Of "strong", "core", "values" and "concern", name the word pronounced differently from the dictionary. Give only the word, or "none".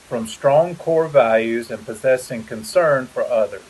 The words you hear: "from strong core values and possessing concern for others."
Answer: none